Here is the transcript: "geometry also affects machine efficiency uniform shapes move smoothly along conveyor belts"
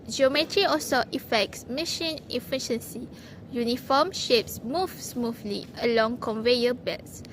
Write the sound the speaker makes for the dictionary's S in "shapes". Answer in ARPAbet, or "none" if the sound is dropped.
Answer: S